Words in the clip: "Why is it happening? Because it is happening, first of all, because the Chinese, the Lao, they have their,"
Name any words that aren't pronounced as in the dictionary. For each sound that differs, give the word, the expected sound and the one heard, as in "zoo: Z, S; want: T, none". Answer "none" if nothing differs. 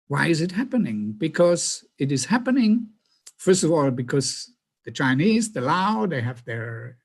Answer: none